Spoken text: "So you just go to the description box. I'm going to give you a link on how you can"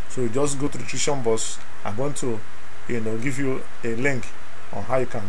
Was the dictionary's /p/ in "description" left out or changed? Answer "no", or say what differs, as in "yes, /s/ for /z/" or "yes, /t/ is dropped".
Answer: yes, /p/ is dropped